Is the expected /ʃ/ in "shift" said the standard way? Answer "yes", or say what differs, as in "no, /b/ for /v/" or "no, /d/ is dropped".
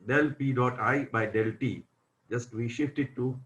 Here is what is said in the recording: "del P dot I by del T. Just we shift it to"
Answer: yes